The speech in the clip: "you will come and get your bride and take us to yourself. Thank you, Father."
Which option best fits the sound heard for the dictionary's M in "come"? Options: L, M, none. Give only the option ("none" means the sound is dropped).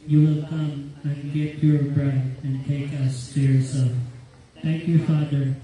M